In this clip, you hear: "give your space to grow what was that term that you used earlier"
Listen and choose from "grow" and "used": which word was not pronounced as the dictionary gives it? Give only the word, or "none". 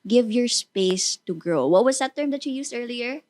used